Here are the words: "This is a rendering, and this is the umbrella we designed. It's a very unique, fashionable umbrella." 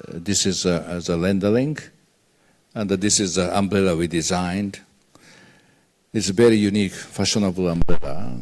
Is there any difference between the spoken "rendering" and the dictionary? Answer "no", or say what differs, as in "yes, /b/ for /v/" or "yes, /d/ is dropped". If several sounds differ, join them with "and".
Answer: yes, /l/ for /ɹ/